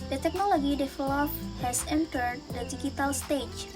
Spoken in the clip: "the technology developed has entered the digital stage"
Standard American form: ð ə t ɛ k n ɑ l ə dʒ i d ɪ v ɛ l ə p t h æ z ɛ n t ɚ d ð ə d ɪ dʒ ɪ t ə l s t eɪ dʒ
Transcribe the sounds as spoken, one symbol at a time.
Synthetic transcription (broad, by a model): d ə t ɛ k n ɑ l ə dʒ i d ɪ f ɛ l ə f h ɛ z ɛ n t ɚ d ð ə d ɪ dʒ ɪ t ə l s t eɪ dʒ